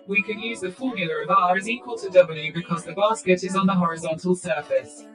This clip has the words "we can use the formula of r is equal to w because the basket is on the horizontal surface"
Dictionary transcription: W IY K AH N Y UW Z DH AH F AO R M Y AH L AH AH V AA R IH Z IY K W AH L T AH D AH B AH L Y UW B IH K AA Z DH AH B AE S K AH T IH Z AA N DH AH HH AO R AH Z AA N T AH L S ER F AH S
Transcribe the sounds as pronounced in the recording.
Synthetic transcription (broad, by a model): W IY K AH N Y UW Z DH AH F AO M Y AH L AH AH V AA R IH Z IY K W AH L T AH D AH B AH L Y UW B IH K AA Z DH AH B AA S K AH T IH Z N DH AH HH AO R AH Z AA N T AH L S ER F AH S